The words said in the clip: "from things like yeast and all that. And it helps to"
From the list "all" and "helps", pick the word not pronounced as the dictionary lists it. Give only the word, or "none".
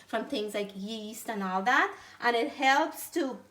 none